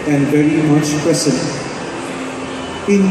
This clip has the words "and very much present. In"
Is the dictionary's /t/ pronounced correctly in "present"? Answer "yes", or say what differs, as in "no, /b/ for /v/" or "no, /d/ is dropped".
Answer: no, /t/ is dropped